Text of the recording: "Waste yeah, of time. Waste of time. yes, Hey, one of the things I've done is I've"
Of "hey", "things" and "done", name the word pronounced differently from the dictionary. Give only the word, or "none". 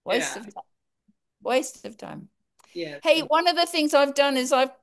none